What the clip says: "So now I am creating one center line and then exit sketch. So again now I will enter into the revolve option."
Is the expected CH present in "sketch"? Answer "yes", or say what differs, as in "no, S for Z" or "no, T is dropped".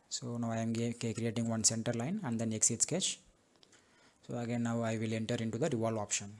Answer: yes